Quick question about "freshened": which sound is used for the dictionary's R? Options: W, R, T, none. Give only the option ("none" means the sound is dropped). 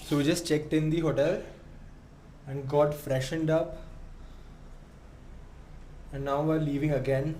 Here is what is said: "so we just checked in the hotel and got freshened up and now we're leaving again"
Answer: R